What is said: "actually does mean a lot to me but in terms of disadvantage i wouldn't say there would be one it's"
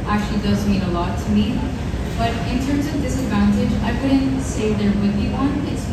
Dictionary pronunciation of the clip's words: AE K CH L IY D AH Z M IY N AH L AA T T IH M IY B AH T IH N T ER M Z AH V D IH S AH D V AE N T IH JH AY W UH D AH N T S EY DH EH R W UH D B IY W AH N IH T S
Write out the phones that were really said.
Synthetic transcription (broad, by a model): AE K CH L IY D AH Z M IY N AH L AA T T IH M IY B AH T IH N T ER M Z AH V D IH S AH D V AE N T IH JH AY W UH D N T S EY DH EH R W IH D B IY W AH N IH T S